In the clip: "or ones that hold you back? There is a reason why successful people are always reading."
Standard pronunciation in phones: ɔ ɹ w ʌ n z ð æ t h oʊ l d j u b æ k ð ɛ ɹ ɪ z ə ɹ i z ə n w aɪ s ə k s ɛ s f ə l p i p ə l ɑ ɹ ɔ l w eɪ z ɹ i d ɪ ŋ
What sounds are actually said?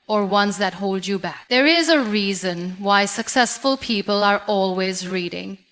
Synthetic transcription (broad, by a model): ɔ ɹ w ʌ n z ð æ t h oʊ l d j u b æ k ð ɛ ɹ ɪ z ə ɹ i z ə n w aɪ s ə k s ɛ s f ə l p i p ə l ɑ ɹ ɔ l w eɪ z ɹ i d ɪ ŋ